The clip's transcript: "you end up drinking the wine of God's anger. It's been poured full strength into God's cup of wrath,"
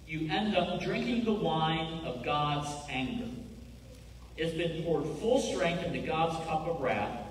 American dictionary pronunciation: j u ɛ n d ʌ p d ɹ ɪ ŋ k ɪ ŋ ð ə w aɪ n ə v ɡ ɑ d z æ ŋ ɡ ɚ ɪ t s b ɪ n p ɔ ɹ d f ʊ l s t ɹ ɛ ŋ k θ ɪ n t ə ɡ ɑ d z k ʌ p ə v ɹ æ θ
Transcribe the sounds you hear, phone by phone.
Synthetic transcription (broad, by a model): j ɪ ɛ n d ʌ p d ɹ ɪ ŋ k ɪ ŋ ð ə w aɪ n ə v ɡ ɑ d z æ ŋ ɡ ɚ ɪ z b ɪ n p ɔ ɹ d f ʊ l s t ɹ ɛ ŋ k θ ɪ n t ə ɡ ɑ d z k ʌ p ə v ɹ æ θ